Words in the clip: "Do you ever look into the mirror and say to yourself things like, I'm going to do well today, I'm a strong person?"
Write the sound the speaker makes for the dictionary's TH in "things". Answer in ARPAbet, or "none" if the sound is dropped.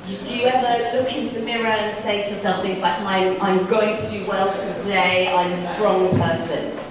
TH